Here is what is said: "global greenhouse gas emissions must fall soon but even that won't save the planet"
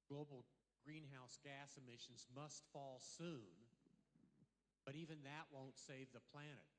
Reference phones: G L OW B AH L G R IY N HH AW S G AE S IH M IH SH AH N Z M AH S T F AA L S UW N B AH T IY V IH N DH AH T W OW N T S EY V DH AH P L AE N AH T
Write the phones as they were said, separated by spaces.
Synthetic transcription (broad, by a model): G L OW B L G R IY N HH AW S G AE S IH M IH SH N Z M AH S T F AA L S UW N B AH T IY V IH N DH AH T W OW N T S EY V DH AH P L AE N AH T